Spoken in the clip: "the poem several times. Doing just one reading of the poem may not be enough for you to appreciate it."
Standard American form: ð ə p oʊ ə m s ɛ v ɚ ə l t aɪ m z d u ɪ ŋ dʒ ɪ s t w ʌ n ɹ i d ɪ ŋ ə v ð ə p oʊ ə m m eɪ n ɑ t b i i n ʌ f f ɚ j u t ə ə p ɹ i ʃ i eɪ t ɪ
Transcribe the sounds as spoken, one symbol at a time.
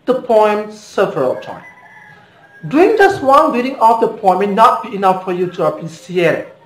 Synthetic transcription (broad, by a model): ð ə p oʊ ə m s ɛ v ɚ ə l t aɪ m d u ɪ ŋ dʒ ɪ s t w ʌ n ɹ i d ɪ ŋ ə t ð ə p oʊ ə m m eɪ n ɑ t b i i n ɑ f f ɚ j u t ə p i s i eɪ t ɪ